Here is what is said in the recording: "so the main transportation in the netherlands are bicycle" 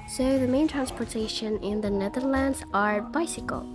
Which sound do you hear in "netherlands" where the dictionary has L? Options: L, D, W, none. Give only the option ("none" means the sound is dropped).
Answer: L